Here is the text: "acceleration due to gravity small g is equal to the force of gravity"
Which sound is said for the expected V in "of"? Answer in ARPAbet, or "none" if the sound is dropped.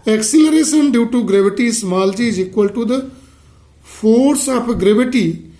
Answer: P